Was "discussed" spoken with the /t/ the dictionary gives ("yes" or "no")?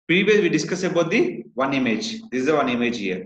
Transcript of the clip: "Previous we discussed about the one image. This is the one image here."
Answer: no